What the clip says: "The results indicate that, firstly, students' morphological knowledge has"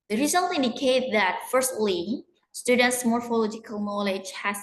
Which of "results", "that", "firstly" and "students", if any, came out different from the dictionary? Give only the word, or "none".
results